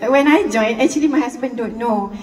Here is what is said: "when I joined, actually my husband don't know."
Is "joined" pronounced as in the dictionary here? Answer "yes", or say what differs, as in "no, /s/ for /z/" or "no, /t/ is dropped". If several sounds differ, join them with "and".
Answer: no, /d/ is dropped